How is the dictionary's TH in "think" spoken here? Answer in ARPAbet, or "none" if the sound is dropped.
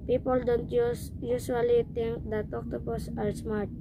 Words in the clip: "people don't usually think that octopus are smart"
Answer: T